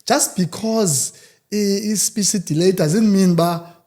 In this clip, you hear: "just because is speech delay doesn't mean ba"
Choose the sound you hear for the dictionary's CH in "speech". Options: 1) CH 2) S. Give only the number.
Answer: 2